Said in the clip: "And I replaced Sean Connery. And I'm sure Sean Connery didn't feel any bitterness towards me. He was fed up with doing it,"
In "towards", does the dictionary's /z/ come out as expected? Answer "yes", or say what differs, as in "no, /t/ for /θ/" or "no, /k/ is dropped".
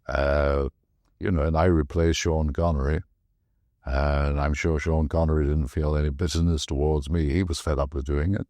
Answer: yes